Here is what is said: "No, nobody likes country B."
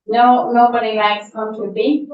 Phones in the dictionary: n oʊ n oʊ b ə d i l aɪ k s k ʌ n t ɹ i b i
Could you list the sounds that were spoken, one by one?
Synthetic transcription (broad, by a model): n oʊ n oʊ b ə d i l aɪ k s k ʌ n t i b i